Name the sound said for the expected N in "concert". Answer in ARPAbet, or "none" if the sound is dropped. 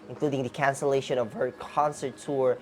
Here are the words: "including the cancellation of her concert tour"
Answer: N